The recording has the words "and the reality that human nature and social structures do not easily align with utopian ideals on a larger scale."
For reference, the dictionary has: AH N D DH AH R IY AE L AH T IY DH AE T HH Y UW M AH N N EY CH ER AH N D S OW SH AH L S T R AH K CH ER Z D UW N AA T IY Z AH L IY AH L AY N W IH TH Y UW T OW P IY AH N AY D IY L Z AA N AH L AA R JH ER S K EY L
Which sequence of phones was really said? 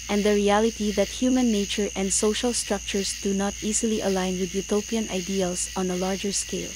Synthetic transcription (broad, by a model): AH N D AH R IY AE L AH T IY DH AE T HH Y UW M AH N N EY CH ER AH N D S OW SH AH L S T R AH K CH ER S D UW N AA T IY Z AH L IY AH L AY N W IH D Y UW T OW P IY AH N AY D IY L S AA N AH L AA R JH ER S K EY L